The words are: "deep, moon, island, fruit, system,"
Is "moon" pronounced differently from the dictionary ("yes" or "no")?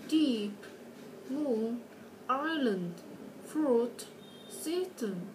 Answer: yes